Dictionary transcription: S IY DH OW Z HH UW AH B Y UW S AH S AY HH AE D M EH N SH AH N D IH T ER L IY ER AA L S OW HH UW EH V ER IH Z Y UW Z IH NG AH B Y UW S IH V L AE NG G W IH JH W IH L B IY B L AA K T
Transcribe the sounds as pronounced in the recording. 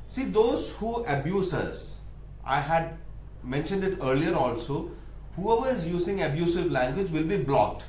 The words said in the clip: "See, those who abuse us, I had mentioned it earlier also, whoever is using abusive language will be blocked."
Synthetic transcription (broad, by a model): S IY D OW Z HH UW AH B Y UW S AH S AY HH AE D M EH N SH AH N D IH T ER L IY ER AA L S OW HH UW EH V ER IH Z Y UW Z IH NG AH B Y UW S IH V L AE NG G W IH JH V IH L B IY B L AA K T